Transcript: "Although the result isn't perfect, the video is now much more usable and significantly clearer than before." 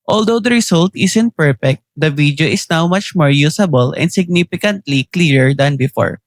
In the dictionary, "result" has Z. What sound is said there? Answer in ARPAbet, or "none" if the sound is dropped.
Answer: S